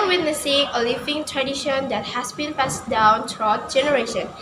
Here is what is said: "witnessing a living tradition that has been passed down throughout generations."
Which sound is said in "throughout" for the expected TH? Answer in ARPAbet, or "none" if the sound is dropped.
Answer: T